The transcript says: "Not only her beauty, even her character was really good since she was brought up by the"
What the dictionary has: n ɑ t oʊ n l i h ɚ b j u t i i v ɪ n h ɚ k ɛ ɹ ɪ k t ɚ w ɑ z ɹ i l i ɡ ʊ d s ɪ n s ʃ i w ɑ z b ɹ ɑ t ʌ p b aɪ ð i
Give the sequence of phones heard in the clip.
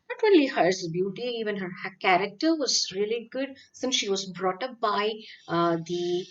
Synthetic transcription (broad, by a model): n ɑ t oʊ l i h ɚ b j u t i i v ɪ n h ɚ k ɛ ɹ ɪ k t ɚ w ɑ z ɹ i l i ɡ ʊ d s ɪ n s ʃ i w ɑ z b ɹ ɑ t ʌ p b aɪ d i